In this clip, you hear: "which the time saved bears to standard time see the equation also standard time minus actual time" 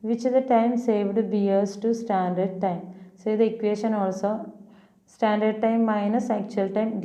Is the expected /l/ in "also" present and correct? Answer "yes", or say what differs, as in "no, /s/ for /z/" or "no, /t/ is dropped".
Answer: yes